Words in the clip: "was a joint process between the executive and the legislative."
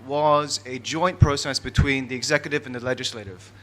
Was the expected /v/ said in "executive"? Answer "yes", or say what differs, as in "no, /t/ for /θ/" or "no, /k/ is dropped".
yes